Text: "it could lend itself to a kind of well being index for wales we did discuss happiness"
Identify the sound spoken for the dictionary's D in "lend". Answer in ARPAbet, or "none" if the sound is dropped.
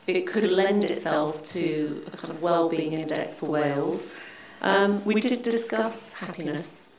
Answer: D